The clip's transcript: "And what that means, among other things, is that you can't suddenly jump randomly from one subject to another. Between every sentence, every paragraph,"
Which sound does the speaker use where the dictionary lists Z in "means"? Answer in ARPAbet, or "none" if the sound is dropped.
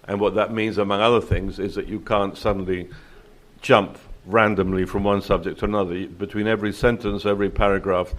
Z